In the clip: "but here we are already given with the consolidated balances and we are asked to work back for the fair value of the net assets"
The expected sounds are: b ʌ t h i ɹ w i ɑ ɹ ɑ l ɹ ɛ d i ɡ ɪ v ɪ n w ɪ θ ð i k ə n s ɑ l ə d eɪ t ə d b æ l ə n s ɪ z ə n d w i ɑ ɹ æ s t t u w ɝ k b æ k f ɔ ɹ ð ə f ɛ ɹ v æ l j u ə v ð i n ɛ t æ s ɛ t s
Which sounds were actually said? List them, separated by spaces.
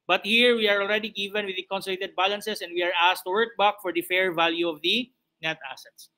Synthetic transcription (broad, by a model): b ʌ t h i ɹ w i ɑ ɹ ɑ l ɹ ɛ d i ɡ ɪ v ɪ n w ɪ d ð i k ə n s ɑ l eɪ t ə d b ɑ l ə n s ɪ s ə n d w i ɑ ɹ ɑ s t t u w ɝ k b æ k f ɔ ɹ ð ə f ɛ ɹ v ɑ l j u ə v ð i n ɛ t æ s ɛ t s